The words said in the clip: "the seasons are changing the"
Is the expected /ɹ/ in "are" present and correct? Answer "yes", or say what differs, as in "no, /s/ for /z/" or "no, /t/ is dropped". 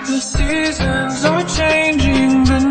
no, /w/ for /ɹ/